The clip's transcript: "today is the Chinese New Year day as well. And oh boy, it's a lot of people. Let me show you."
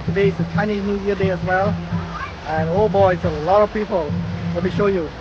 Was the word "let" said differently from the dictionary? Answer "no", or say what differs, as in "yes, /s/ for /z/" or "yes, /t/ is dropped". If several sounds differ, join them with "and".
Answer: yes, /w/ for /l/